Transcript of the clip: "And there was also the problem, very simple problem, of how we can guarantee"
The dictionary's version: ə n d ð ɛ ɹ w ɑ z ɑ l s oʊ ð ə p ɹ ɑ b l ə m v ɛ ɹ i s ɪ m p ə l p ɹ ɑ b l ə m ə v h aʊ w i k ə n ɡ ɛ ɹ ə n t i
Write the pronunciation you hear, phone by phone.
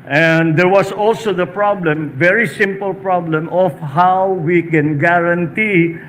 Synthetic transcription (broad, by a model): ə n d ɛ ɹ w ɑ s ɑ l s oʊ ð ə p ɹ ɑ b l ə m v ɛ ɹ i s ɪ m p ə l p ɹ ɑ b l ə m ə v h aʊ w i k ə n ɡ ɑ ɹ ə n t i